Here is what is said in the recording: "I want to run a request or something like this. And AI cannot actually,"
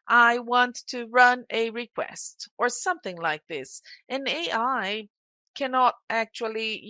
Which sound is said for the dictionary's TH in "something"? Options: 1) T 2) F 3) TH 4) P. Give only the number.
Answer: 3